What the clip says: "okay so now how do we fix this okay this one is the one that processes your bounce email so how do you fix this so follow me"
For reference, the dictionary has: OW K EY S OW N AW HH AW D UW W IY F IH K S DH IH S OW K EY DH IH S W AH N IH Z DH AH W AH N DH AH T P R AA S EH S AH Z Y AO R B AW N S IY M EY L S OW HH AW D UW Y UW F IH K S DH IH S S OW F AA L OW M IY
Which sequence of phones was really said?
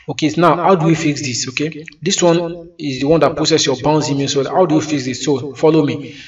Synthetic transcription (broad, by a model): OW K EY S N AW HH AW D UW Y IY F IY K S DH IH S OW K EY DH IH S W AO N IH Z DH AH W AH N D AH T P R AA S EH S Y AO B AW N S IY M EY N S OW HH AW D UW Y UW F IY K S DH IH S S OW F AA L OW M IY